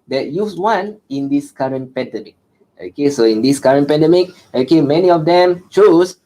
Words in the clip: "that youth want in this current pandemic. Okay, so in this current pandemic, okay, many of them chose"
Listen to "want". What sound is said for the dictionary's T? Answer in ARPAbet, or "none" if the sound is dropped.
none